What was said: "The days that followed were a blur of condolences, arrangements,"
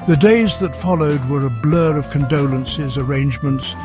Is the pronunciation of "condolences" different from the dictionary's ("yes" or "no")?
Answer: no